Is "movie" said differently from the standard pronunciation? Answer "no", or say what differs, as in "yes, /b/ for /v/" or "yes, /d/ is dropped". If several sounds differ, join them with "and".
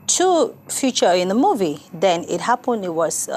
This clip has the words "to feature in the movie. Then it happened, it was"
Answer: no